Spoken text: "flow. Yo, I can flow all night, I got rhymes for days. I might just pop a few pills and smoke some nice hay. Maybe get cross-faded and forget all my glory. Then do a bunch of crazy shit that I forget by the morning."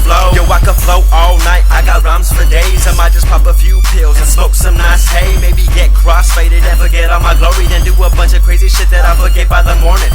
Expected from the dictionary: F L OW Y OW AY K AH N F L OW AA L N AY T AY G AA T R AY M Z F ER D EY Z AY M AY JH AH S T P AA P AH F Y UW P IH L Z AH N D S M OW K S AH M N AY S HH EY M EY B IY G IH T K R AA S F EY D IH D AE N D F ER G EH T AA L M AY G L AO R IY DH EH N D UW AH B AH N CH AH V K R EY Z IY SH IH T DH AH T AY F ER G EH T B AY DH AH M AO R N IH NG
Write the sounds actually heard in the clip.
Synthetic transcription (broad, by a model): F L OW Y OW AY K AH F L OW AA L N AY T AY G AA T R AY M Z F ER D EY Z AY M AY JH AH S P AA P AH F Y UW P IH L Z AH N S OW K S AH M N AY S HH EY M EY B IY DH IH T K R AA S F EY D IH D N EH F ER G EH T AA M AY G L AO R IY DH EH N D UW AH B AH N CH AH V K R EY Z IY SH IH T DH AH T AY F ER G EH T B AY DH AH M AO R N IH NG